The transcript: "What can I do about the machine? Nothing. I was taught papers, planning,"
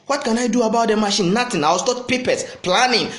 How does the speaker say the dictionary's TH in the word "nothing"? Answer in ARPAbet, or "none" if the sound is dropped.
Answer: T